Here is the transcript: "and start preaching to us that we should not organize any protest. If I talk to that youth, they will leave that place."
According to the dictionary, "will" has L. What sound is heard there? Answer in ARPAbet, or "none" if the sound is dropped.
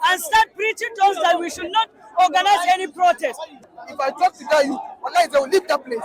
W